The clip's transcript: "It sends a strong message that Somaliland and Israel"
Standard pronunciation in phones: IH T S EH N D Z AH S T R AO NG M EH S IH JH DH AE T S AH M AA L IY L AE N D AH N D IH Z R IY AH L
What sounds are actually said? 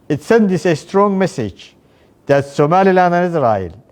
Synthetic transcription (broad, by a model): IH T S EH N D S AH S T R AO NG M EH S IH JH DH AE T S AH M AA L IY L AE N AH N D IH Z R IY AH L